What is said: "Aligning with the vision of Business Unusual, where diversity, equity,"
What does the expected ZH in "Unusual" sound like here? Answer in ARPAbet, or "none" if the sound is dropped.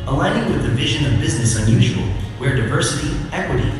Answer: ZH